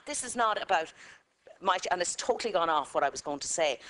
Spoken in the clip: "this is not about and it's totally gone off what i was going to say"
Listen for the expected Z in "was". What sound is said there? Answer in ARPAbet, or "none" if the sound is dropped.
Z